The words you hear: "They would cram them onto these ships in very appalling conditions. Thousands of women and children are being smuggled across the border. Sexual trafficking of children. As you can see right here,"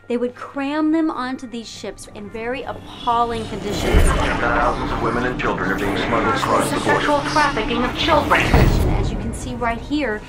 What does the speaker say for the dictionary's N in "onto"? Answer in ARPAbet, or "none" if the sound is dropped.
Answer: N